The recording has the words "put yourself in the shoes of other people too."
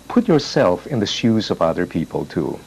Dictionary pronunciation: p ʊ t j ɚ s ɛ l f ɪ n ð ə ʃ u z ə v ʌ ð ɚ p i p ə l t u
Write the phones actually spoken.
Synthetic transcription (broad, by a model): p ʊ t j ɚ s ɛ l f ɪ n ð ə ʃ u z ə v ʌ ð ɚ p i p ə l t u